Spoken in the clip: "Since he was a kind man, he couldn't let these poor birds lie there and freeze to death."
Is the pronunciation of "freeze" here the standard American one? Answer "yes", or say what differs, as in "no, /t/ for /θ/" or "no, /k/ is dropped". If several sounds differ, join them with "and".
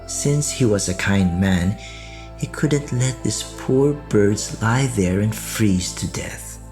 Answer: yes